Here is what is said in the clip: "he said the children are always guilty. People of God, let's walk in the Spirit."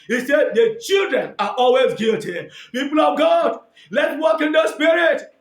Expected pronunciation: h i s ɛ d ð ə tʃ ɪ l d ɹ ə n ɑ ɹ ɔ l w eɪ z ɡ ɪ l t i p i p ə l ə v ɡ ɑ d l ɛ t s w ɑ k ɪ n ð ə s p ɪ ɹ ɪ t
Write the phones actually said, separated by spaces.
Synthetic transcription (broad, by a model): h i s ɛ d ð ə tʃ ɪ l d ɹ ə n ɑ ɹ ɔ l w eɪ z ɡ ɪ l t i p i p ə l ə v ɡ ɑ d l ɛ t w ɑ k ɪ n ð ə s p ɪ ɹ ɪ t